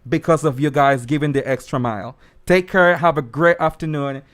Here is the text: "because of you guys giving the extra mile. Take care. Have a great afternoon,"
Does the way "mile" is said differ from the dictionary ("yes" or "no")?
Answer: no